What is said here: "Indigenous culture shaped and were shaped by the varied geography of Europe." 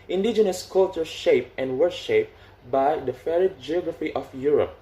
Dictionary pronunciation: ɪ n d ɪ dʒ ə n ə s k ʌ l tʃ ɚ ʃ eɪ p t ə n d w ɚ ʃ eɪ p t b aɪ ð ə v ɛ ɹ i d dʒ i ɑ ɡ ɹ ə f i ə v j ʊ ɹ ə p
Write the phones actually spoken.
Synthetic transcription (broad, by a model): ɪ n d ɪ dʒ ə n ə s k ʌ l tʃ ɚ ʃ eɪ p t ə n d w ɚ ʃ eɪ p b aɪ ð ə f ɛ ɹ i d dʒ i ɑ ɡ ɹ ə f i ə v j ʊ ɹ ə p